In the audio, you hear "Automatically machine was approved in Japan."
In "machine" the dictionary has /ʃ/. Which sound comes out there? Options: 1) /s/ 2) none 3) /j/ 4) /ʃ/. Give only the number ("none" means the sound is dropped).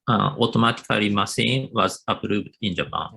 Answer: 1